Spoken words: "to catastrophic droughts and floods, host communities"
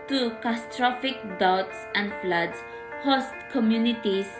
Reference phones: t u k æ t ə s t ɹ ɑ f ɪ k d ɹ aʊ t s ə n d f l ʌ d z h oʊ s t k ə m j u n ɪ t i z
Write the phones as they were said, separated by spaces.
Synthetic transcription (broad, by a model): t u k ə s t ɹ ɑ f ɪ k d aʊ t s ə n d f l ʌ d s h oʊ s t k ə m j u n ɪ t i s